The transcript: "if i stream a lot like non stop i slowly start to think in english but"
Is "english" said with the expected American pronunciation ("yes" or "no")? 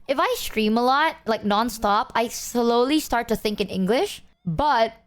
yes